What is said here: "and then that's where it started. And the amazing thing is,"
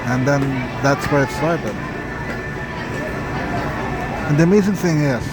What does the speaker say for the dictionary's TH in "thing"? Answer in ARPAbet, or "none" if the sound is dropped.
TH